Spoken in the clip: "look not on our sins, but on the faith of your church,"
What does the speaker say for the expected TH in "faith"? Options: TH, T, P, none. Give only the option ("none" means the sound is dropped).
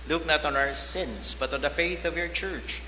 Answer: TH